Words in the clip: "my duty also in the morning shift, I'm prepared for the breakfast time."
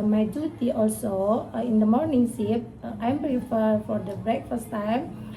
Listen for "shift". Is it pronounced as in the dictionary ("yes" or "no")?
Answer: no